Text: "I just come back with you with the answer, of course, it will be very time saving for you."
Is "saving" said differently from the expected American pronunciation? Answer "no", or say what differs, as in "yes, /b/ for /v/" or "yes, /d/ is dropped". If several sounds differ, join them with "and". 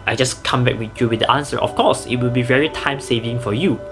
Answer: no